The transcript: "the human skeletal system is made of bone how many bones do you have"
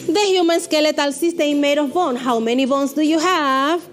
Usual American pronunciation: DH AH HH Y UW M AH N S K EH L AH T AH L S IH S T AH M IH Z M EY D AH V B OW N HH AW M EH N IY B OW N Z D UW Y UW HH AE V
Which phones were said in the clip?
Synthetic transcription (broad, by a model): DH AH HH Y UW M AH N S K EH L AH T AH L S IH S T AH IH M M EY D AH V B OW N HH AW M EH N IY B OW N S D UW Y UW HH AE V